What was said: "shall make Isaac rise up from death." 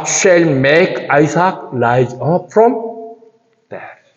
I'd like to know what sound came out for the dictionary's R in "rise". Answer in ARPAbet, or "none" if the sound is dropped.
L